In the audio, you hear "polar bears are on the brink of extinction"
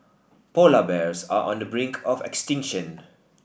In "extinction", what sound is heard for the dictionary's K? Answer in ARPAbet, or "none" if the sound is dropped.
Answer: K